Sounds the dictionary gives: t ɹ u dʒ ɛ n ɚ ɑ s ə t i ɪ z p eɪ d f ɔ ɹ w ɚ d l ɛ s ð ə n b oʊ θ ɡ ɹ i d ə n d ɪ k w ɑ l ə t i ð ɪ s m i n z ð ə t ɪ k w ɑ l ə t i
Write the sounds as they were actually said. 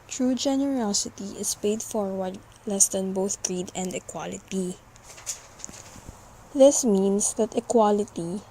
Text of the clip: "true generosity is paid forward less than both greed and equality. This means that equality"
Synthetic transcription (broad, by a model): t ɹ u dʒ ɛ n ɚ ɑ s ə t i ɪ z p eɪ d f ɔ ɹ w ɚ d l ɛ s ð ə n b oʊ θ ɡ ɹ i d ə n d ɪ k w ɑ l ə t i ð ɪ s m i n s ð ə t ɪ k w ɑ l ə t i